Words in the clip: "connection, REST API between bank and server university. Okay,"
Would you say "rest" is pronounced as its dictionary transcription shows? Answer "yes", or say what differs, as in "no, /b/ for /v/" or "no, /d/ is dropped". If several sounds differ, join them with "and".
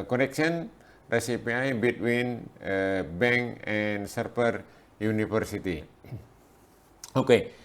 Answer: no, /t/ is dropped